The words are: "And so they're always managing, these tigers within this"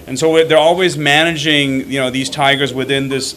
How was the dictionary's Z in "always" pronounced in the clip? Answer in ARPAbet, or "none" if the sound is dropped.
Z